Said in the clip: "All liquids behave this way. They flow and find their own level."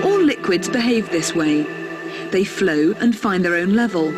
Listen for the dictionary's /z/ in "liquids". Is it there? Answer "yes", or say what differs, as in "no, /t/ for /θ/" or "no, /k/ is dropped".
yes